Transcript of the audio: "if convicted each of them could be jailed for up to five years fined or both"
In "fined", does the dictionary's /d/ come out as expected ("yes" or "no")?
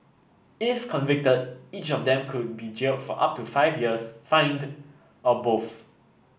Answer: yes